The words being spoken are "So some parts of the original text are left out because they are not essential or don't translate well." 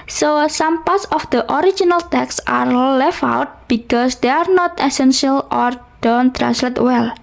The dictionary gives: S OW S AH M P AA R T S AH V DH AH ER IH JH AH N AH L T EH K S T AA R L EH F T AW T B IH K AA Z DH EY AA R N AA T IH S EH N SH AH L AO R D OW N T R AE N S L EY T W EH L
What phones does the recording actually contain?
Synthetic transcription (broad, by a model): S OW S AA M P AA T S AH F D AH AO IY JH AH N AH L T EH K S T AA R L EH F AW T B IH K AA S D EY AA R N AA T IH S EH N SH AH L AO R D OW N T R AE N S L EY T W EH L